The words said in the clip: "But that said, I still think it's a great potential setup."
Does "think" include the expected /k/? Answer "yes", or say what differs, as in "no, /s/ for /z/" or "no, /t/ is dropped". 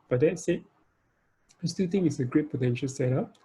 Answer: no, /k/ is dropped